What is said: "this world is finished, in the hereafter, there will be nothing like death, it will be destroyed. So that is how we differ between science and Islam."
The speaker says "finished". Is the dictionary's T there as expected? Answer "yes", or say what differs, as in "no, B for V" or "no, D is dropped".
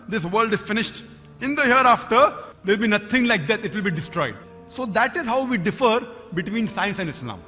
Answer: yes